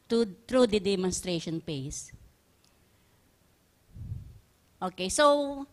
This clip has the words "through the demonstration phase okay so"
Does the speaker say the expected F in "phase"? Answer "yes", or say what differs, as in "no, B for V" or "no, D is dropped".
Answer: no, P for F